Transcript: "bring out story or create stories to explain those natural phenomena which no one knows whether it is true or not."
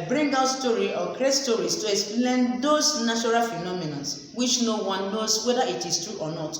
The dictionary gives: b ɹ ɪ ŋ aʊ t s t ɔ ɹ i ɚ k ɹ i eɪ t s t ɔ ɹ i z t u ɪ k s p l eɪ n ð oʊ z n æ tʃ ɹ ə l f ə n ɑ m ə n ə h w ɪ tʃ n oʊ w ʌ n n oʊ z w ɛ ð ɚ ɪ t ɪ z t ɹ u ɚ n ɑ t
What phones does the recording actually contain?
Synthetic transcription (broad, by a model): b ɹ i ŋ aʊ t s t ɔ ɹ i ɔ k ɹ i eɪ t s t ɔ ɹ i s t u ɪ k s p l eɪ n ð oʊ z n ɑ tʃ ɹ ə l f ə n ɑ m ə n ə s w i tʃ n oʊ w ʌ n n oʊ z w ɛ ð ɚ ɪ t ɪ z t ɹ u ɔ n ɑ t